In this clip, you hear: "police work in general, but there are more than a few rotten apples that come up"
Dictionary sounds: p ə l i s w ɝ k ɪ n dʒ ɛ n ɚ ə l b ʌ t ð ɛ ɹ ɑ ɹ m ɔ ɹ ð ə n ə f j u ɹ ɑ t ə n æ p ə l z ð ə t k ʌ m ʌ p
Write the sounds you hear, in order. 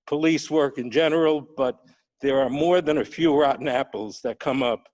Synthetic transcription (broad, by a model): p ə l i s w ɝ k ɪ n dʒ ɛ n ɚ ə l b ʌ t ð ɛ ɹ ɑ ɹ m ɔ ɹ ð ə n ə f j u ɹ ɑ t n æ p l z ð ə t k ʌ m ʌ p